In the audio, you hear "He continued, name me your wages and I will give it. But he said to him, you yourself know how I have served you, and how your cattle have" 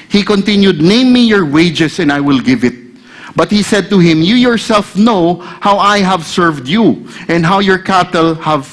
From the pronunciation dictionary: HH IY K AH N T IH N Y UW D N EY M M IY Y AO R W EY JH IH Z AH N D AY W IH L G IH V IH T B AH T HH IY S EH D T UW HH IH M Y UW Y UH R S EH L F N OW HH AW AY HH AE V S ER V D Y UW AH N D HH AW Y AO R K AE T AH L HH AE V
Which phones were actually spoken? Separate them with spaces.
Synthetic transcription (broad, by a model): HH IY K AH N T IH N Y UW D N EY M M IY Y AO R W EY JH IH S AH N D AY W IH L G IH V IH T B AH T HH IY S EH D T UW HH IH M Y UW Y UH R S EH L F N OW HH AW AY HH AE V S ER V D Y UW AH N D HH AW Y AO R K AE T AH L HH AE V